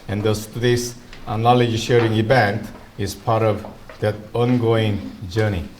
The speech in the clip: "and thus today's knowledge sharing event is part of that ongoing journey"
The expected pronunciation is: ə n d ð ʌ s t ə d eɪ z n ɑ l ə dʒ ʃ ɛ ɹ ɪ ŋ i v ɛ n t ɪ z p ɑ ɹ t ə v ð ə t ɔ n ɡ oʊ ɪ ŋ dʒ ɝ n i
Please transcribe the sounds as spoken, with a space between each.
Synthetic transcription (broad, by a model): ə n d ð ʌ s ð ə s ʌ n ɑ l ə dʒ ʃ ɛ ɹ ɪ ŋ i v ɛ n t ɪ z p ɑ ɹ t ə v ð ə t ɔ n ɡ oʊ ɪ ŋ dʒ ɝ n i